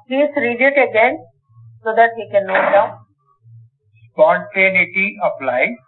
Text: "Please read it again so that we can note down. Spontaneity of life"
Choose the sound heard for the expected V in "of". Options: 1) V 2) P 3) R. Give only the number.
2